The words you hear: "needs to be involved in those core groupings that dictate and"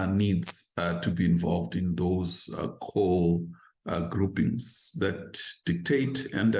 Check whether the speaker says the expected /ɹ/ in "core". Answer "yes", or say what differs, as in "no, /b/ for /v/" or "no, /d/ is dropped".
no, /l/ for /ɹ/